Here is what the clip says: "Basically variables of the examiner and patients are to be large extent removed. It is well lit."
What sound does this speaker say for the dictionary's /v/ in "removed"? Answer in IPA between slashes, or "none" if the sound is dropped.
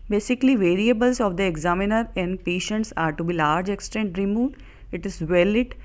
none